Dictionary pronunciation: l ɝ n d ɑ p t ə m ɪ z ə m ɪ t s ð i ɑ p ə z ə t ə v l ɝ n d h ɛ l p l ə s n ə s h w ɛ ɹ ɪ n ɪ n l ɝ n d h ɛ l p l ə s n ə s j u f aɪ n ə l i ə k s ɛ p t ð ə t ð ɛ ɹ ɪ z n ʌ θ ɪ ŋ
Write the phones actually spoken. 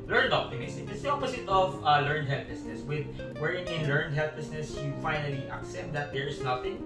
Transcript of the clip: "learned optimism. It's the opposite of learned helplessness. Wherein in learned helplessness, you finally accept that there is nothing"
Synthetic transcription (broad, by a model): l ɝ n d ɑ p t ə m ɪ s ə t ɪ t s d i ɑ p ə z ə t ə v l ɝ n d h ɛ l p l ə s n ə s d w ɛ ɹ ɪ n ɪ l ɝ n d h ɛ l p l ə s n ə s j u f aɪ n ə l i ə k s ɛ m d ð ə t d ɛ ɹ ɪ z n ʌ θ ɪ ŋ